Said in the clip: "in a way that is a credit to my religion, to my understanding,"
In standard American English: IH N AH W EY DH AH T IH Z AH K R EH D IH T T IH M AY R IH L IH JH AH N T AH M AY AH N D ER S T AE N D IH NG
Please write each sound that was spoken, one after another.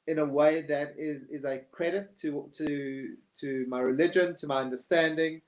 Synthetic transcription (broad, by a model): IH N AH W EY DH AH T IH Z AH K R EH D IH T T IH M AY R IH L IH JH AH N T AH M AY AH N D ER S T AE N D IH NG